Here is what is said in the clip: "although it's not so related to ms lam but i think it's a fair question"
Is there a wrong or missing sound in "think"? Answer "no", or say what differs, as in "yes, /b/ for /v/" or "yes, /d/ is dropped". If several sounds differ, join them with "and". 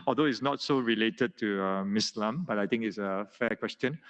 yes, /t/ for /θ/